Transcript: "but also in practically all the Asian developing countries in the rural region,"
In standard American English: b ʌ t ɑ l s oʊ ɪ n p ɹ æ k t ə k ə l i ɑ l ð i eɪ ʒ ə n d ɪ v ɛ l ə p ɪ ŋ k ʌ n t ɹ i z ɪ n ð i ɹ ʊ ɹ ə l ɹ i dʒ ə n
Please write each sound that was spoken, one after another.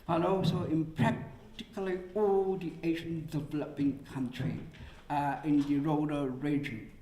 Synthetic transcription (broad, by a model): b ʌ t ɑ l s oʊ ɪ n p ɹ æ k t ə k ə l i ɑ l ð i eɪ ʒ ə n d ɪ v ɛ l ə p ɪ ŋ k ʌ n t ɹ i ɪ n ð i ɹ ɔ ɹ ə ɹ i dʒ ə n